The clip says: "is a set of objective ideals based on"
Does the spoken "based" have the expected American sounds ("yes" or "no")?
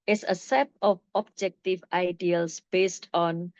yes